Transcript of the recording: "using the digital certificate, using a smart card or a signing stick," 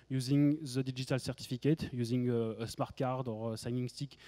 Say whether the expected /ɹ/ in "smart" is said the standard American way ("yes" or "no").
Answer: yes